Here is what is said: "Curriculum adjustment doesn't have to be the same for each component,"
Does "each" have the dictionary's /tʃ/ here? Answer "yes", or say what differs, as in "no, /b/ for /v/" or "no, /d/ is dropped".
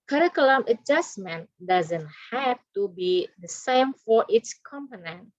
no, /s/ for /tʃ/